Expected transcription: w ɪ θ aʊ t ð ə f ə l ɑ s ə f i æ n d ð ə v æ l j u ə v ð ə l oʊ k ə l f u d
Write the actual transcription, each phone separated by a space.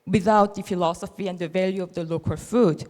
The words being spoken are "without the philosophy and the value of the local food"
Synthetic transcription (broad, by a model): w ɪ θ aʊ t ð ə f ə l ɑ s ə f i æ n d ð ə v æ l j u ə v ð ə l oʊ k ə l f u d